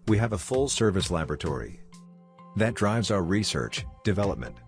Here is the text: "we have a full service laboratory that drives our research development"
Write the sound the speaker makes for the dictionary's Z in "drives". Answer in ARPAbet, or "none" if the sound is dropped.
Z